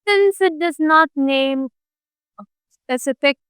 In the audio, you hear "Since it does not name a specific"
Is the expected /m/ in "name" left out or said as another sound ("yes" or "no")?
yes